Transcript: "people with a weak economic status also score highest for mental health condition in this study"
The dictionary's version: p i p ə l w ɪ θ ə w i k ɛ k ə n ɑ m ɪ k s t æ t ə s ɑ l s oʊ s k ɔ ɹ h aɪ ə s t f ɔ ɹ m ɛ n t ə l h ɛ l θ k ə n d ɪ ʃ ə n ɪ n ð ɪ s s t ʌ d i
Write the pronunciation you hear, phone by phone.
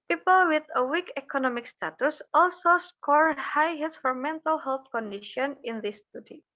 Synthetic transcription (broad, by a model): p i p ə l w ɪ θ ə w i k ɛ k ə n ɑ m ɪ k s t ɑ t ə s ɑ l s oʊ s k ɔ ɹ h aɪ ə t f ɔ ɹ m ɛ n t ə l h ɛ l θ k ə n d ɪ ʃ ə n ɪ n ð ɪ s s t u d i